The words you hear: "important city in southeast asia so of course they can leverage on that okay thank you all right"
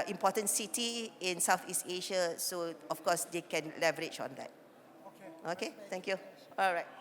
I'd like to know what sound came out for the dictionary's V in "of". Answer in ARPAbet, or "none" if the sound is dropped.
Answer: F